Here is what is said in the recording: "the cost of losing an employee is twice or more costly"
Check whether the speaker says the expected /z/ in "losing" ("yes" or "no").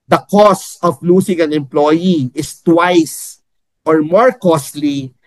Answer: no